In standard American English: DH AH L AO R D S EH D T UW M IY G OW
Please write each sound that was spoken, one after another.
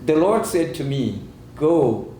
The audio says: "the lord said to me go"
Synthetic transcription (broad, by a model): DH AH L AO R D S EH D T UW M IY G OW